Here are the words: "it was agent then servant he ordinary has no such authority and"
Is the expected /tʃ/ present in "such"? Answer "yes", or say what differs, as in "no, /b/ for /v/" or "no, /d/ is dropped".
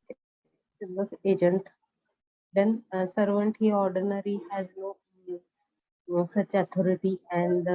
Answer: yes